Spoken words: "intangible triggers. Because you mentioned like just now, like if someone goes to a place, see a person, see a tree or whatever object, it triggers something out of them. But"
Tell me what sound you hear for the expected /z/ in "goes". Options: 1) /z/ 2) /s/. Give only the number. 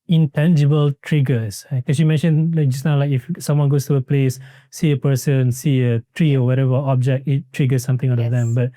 2